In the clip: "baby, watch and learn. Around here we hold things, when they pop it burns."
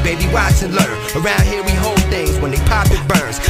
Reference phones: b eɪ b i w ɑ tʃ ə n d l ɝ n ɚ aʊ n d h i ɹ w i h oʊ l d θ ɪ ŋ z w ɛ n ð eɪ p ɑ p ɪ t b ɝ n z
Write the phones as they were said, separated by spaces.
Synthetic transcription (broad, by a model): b eɪ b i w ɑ s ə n l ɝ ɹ ɚ aʊ n d h i ɹ w i h oʊ l d θ ɪ ŋ z w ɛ n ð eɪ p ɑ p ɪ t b ɝ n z